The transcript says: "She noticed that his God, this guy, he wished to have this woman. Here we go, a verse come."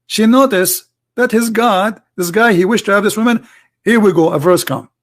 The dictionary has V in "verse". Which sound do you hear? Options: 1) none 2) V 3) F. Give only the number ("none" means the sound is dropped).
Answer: 2